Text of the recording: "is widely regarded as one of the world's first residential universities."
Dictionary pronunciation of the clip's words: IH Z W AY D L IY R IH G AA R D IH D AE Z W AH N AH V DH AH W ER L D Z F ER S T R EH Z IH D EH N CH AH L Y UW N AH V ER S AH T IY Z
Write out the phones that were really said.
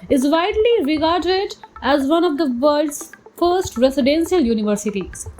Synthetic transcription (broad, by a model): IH Z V AY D L IY R IH G AA R D IH D AE Z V AH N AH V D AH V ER D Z F ER S T R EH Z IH D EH N SH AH L Y UW N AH V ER S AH T IY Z